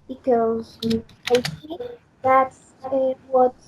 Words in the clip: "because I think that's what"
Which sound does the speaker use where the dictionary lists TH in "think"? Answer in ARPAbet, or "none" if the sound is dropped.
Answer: S